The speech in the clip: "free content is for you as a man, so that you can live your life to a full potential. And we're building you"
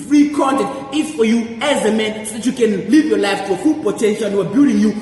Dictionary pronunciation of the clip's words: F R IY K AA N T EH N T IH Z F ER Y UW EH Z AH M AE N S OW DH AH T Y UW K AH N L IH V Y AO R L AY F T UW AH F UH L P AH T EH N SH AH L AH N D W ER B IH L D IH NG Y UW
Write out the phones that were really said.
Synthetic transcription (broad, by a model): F R IY K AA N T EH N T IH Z F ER Y UW EH Z AH M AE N S OW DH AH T Y UW K AH N L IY V Y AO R L AY F T UW AH F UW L P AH T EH N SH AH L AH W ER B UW D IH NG Y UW